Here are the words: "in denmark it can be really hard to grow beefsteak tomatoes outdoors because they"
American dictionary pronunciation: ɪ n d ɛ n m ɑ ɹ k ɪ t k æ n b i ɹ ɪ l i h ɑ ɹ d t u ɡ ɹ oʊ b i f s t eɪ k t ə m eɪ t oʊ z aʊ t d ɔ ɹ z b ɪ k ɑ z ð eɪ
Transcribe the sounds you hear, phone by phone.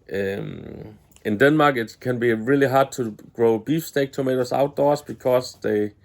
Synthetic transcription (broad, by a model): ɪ n d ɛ n m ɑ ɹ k ɪ t k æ n b i ɹ ɪ l i h ɑ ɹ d t u ɡ ɹ oʊ b i f s t eɪ k t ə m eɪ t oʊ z aʊ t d ɔ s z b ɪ k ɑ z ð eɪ